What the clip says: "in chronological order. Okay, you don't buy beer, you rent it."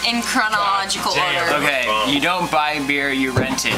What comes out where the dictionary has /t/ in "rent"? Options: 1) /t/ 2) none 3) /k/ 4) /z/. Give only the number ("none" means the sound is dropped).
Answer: 1